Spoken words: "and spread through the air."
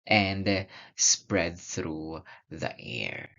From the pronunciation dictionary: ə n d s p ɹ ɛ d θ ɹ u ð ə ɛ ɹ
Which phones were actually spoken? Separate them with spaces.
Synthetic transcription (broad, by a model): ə n d s p ɹ ɛ d θ ɹ u ð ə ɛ ɹ